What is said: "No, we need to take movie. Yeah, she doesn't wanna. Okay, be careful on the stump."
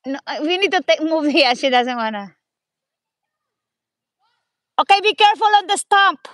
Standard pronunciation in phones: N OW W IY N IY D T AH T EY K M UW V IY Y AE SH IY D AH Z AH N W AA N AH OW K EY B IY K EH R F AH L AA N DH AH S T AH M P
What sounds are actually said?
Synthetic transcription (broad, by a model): N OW W IY N IY D T AH T EY K M UW V IY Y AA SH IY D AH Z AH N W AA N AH OW K EY B IY K EH R F AH L AA N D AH S T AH M P